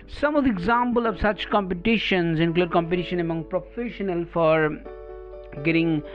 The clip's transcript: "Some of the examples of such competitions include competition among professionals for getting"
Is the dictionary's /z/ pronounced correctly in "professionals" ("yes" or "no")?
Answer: no